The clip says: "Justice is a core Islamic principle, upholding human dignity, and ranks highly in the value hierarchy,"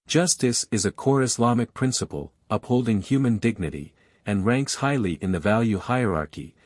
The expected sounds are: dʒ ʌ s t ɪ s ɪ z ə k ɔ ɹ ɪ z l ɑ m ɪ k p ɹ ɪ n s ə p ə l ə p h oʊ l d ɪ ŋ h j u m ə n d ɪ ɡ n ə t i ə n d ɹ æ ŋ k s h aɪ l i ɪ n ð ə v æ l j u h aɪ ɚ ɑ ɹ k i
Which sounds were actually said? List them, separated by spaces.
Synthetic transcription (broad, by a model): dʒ ʌ s t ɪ s ɪ z ə k ɔ ɹ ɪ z l ɑ m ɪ k p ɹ ɪ n s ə p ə l ə p h oʊ l d ɪ ŋ h j u m ə n d ɪ ɡ n ə t i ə n ɹ æ ŋ k s h aɪ l i ɪ n ð ə v æ l j u h aɪ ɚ ɑ ɹ k i